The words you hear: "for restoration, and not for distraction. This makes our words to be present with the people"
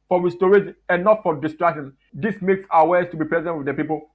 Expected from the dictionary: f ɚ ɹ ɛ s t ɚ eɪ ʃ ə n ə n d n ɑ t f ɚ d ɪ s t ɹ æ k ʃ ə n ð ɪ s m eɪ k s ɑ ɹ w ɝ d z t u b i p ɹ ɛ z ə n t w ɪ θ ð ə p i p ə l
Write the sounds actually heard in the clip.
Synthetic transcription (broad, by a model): f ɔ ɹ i s t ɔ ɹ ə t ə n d n ɑ t f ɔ d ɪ s t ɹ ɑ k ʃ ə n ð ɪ s m eɪ k s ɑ w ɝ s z t u b i p ɹ ɛ z ə n t w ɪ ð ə p i p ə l